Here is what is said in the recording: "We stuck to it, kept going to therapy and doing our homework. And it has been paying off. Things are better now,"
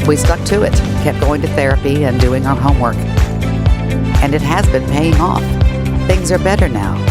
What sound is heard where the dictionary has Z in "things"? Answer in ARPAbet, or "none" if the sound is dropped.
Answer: Z